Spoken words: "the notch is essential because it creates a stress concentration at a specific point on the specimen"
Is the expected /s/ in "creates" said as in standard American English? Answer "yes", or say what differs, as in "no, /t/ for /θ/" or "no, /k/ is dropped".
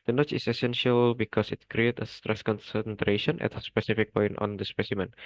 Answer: no, /s/ is dropped